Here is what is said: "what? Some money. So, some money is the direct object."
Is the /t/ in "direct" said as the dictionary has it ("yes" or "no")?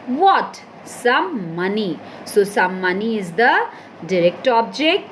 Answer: yes